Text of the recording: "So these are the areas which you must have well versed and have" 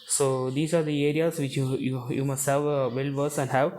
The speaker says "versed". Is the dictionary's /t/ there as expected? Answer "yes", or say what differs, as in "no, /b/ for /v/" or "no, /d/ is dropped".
no, /t/ is dropped